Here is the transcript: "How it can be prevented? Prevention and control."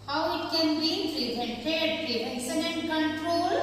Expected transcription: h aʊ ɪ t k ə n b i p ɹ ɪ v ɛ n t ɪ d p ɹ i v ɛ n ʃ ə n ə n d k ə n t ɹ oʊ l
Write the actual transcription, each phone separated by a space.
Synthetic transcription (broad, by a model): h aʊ ɪ t k ə n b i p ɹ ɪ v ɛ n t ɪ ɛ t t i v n s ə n ə n d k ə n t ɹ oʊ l